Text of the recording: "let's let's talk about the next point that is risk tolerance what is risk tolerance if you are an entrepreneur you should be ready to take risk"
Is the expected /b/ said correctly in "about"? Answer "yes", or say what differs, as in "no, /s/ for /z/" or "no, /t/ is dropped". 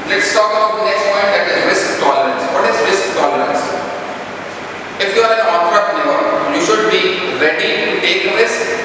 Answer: no, /b/ is dropped